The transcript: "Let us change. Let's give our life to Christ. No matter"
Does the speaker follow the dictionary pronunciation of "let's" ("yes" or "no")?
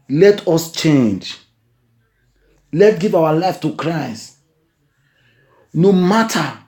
no